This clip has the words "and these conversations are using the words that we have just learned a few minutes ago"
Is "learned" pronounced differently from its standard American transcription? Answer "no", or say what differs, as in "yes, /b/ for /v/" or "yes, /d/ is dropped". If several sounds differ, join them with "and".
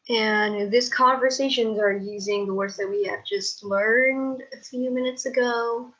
no